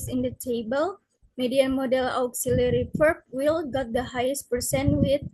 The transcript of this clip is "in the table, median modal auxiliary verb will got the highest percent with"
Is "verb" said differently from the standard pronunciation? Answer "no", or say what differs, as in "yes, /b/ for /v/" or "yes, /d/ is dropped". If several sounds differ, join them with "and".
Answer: yes, /p/ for /v/